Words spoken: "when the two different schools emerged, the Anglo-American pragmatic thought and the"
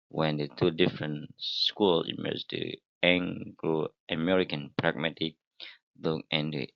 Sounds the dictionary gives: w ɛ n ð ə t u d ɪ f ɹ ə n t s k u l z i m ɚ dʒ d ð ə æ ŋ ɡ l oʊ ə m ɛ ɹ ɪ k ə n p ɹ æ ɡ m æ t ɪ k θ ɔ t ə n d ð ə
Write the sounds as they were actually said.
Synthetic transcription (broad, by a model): w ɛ n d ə t u d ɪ f ɹ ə n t s k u l i m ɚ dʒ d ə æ ŋ ɡ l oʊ ə m ɛ ɹ ɪ k ə n p ɹ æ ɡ m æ t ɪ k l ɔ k ə n d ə